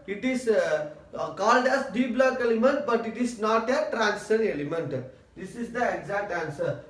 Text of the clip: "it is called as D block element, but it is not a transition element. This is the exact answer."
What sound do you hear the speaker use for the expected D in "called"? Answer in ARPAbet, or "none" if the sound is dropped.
D